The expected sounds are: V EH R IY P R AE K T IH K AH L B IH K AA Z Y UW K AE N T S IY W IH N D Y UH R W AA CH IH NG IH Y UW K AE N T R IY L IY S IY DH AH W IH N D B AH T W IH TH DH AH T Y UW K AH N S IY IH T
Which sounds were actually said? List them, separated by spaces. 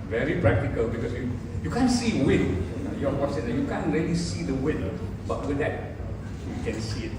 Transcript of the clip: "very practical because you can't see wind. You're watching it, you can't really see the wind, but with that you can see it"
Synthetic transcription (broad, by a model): V EH R IY P R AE K T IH K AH L B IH K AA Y Y UW K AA N S IY W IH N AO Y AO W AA S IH IH Y UW K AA N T R IY L IY S IY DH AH W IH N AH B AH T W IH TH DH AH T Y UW K AH N S IY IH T